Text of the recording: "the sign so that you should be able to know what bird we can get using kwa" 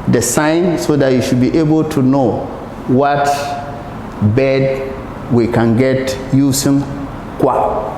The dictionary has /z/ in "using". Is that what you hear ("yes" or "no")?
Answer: no